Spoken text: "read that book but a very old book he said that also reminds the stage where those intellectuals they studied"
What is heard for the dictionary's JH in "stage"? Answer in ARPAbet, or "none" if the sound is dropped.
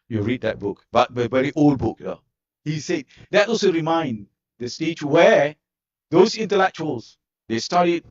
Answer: CH